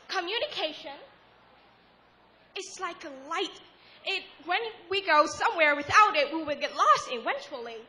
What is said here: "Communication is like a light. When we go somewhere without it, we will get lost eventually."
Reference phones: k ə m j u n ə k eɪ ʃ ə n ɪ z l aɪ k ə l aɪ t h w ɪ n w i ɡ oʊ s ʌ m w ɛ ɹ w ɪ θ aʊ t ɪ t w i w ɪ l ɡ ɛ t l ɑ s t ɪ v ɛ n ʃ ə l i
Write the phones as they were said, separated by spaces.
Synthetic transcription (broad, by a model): k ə m j u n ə k eɪ ʃ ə n ɪ s l aɪ k ə l aɪ t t w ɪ n w i ɡ oʊ s ʌ m w ɛ ɹ w ɪ θ aʊ t ɪ t w i w ɪ l ɡ ɛ t l ɑ s t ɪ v ɛ n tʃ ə l i